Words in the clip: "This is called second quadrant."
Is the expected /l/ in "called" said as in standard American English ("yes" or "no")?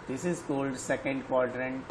yes